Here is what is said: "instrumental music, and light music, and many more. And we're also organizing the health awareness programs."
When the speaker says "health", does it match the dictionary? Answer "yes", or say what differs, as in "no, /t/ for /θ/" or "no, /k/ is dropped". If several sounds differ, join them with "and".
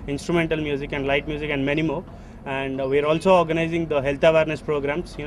no, /t/ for /θ/